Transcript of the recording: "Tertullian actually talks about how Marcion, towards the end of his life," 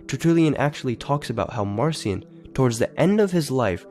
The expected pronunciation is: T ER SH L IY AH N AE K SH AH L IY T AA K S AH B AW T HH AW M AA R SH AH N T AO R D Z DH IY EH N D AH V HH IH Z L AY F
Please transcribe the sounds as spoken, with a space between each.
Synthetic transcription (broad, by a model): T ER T L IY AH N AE K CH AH L IY T AA K S AH B AW T HH AW M AA R S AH N T AO R D Z DH IY EH N D AH V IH Z L AY F